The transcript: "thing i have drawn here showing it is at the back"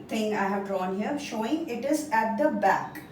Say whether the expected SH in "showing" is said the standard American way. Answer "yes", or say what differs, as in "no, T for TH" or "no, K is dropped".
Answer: yes